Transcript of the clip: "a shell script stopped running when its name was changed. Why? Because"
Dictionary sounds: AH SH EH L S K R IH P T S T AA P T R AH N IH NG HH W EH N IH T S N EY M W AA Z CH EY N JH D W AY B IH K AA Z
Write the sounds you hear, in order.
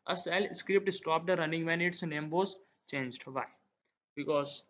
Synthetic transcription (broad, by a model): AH S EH L S K R IH P T S T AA P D R AH N IH NG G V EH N IH T S N EY M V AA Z CH EY N JH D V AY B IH K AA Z